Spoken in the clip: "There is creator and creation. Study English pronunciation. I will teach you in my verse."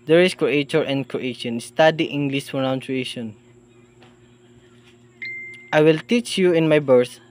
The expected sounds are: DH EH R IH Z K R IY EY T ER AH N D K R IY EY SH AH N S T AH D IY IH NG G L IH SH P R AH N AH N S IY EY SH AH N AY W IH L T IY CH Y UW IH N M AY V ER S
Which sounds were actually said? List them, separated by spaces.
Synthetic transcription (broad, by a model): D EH R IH S K R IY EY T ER AH N D K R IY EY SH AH N S T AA D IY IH NG G L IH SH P AH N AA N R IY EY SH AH N AY W IH L T IY CH Y UW IH N M AY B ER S